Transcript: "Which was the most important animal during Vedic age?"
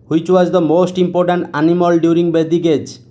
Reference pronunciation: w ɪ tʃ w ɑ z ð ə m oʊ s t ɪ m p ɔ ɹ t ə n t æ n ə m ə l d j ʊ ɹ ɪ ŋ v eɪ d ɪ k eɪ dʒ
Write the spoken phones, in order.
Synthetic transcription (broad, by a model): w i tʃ w ɑ z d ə m oʊ s t ɪ m p ɔ ɹ t ə n t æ n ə m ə l d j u ɹ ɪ ŋ b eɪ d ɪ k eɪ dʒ